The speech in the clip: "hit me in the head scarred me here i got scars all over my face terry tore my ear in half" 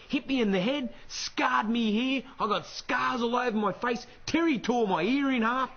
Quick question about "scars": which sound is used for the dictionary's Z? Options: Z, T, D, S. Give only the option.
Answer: Z